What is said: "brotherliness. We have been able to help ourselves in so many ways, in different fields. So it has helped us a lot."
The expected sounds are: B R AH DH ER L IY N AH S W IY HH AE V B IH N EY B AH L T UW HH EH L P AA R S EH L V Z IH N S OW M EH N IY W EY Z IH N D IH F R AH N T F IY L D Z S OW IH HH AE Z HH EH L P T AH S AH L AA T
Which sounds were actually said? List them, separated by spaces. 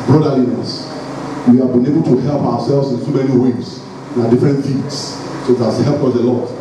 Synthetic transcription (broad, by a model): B R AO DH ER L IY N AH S W IY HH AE V B IH N EY B AH L T UW HH EH L P AA W S EH L V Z IH N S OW M EH N IY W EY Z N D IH F R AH N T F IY D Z S OW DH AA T HH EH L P AH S AH L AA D